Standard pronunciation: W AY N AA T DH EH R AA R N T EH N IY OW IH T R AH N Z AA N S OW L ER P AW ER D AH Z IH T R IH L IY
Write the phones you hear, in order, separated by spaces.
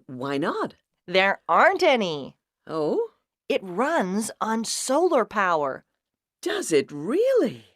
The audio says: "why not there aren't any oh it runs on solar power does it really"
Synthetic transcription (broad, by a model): W AY N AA T DH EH R AA R N T EH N IY OW IH T R AH N Z N S OW L ER P AW ER D AH Z IH T R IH L IY